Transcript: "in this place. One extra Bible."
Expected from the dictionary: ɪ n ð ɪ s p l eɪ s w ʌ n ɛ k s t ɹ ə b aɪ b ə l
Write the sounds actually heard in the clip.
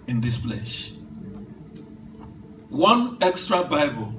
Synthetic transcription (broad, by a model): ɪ n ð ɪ s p l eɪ ʃ w ʌ n ɛ k s t ɹ ə b aɪ b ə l